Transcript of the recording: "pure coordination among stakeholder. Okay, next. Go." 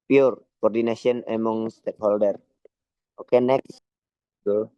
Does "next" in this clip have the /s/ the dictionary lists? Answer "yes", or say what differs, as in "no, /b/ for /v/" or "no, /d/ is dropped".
yes